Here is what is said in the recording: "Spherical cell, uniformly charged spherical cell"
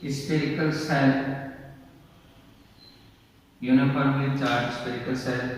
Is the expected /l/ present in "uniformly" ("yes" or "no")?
no